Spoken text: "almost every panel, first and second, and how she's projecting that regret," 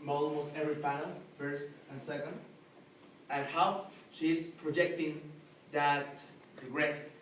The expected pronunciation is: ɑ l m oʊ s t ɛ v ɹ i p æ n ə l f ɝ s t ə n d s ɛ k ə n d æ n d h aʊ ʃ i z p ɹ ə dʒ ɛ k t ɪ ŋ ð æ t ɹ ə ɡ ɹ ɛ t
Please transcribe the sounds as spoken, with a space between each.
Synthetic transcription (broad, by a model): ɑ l m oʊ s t ɛ v ɹ i p æ n ə l f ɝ s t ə n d s ɛ k ə n d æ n h aʊ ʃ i s p ɹ ə dʒ ɛ k t ɪ ŋ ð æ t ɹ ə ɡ ɹ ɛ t